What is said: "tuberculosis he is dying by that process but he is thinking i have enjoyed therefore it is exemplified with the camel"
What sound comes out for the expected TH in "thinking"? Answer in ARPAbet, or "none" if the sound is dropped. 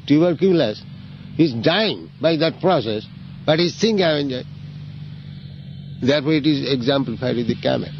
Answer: T